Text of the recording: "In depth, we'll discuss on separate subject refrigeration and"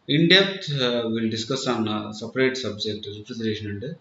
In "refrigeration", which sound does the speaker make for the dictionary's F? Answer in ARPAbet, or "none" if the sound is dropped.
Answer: P